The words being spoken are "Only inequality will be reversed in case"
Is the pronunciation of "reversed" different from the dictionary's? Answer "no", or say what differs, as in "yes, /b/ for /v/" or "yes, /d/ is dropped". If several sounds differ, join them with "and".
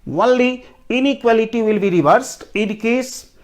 no